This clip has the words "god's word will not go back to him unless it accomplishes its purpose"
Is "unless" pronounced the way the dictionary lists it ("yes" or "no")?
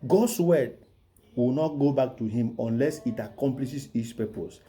yes